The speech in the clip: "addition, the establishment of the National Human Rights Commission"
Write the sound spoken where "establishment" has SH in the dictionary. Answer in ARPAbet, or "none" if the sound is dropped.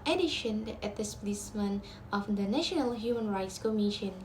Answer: S